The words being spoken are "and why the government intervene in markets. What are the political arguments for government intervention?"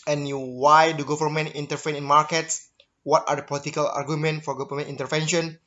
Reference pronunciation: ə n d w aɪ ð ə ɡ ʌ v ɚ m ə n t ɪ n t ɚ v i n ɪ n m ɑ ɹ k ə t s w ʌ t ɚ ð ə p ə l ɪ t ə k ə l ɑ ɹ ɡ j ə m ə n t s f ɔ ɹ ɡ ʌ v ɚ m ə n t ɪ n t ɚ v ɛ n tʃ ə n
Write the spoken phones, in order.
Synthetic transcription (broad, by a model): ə n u w aɪ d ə ɡ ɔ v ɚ m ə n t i n t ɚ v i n ɪ n m ɑ ɹ k ə t s w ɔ t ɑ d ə p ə l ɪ t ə k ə l ɑ ɹ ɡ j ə m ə n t f ɔ ɹ ɡ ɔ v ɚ m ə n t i n t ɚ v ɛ n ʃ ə n